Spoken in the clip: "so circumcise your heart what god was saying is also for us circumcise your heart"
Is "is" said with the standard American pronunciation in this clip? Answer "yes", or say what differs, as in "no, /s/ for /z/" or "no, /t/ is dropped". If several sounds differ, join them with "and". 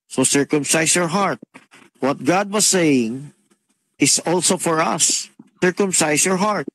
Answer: no, /s/ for /z/